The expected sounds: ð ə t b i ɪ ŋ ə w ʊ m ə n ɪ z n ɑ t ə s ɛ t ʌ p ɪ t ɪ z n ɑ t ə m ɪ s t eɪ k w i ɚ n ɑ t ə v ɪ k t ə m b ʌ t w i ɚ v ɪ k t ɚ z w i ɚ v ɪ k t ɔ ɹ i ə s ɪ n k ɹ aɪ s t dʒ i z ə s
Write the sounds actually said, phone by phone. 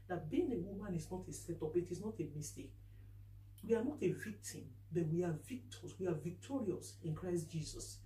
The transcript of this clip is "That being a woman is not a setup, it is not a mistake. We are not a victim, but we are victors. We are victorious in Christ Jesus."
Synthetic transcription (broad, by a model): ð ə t b i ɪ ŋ ə w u m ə n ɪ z n ɑ t ə s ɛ t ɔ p ɪ t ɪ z n ɑ t ə m ɪ s t eɪ k w i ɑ n ɑ t ə v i k t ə m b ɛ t w i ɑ v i k t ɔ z w i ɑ v ɪ k t ɔ ɹ i ə s ɪ n k ɹ aɪ s t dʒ i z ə s